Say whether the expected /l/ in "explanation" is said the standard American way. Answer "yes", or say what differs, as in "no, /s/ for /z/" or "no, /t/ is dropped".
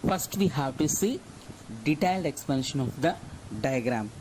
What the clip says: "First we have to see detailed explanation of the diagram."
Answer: no, /l/ is dropped